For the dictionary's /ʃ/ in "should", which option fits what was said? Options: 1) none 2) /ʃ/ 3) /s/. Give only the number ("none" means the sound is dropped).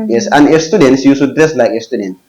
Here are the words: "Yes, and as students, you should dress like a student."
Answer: 3